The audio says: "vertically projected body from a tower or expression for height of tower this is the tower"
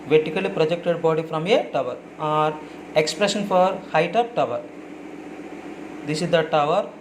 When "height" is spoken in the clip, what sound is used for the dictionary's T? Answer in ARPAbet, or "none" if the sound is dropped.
T